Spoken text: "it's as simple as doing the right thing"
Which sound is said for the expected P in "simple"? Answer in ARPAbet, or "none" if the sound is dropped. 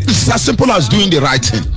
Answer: P